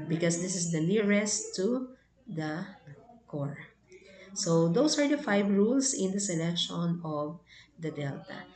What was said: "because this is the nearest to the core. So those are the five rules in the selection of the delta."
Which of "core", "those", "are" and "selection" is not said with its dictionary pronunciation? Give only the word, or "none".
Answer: those